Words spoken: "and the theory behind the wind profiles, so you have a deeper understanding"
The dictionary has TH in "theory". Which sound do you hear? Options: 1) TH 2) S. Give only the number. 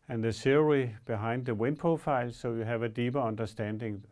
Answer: 2